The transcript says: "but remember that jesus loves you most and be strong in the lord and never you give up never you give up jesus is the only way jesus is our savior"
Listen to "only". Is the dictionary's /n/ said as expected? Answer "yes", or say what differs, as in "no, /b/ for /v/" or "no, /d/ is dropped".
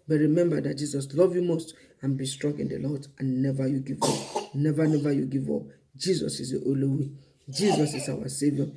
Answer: no, /n/ is dropped